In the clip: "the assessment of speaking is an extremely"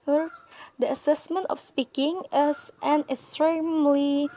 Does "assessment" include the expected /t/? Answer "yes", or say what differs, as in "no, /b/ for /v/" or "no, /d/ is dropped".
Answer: yes